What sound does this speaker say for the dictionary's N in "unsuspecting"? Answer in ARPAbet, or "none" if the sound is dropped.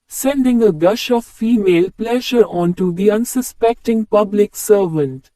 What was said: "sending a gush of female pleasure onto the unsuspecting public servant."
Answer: N